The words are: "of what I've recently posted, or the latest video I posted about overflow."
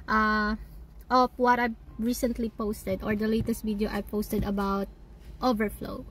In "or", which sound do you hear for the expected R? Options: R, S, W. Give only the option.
R